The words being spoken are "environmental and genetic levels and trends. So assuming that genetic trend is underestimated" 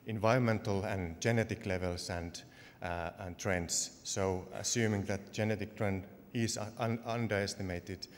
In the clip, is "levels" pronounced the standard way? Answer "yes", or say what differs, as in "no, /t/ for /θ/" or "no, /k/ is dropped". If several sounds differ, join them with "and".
no, /s/ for /z/